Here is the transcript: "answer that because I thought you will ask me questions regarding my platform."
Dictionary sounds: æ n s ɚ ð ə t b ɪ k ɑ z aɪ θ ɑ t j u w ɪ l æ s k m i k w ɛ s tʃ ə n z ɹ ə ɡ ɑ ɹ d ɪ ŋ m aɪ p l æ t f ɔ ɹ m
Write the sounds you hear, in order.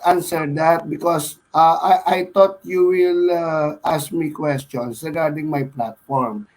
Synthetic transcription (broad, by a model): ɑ n s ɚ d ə t b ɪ k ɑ s aɪ t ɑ t j u w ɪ l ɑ s k m i k w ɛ s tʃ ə n s ɹ ə ɡ ɑ ɹ d ɪ ŋ m aɪ p l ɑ t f ɔ ɹ m